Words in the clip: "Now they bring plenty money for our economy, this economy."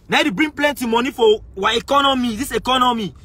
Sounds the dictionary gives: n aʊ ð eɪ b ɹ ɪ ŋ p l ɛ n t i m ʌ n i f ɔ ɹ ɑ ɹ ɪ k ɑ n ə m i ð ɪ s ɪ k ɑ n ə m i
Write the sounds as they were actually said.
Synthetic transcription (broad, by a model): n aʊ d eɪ b ɹ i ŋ p l ɛ n t i m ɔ n i f ɔ w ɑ ɪ k ɑ n ə m i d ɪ s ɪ k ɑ n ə m i